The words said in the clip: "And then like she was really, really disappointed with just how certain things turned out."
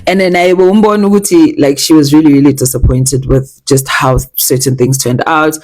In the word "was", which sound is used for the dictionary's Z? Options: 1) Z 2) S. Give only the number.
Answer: 1